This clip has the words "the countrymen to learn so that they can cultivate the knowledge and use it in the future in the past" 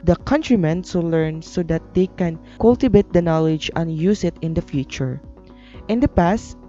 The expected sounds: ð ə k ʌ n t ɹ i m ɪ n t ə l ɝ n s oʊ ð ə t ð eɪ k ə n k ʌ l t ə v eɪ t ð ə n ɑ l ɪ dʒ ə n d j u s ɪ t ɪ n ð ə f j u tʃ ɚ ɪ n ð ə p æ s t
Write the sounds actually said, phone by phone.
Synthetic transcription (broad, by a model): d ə k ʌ n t ɹ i m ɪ n s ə l ɝ n s oʊ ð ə t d eɪ k ə n k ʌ l t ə b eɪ t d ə n ɑ l ɪ dʒ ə n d j u s ɪ t ɪ n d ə f j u tʃ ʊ ɪ n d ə p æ s t